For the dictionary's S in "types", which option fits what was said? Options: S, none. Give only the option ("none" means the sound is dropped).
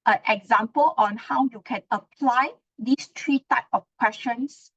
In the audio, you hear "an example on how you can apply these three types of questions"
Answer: none